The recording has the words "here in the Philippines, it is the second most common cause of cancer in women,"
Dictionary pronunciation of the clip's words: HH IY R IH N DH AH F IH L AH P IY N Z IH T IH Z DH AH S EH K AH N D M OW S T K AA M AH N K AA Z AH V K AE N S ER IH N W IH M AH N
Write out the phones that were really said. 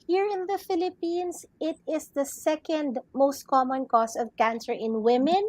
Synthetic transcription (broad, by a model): HH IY R IH N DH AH F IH L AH P IY N S IH T IH S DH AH S EH K AH N D M OW S T K AA M AH N K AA S AH V K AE N S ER IH N W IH M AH N